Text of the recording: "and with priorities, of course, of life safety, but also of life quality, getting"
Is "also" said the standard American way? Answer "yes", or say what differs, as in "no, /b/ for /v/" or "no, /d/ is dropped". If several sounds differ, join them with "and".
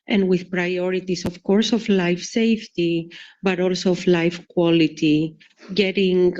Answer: yes